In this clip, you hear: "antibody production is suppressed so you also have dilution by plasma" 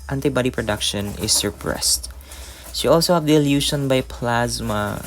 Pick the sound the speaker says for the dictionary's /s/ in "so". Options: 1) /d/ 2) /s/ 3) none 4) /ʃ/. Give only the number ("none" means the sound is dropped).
4